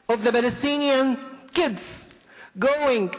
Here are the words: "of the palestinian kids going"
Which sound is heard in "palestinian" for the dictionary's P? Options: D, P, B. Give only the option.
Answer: B